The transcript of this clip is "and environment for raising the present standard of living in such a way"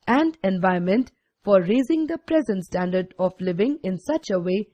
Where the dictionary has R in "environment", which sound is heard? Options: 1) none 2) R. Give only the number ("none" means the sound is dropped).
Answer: 1